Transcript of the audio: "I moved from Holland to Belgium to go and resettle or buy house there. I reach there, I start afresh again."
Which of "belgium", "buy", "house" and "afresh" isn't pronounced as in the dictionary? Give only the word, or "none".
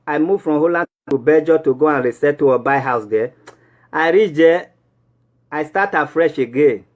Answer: belgium